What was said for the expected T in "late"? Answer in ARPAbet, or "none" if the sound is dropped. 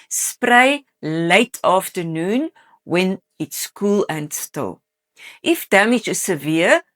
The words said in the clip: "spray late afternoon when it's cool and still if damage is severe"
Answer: T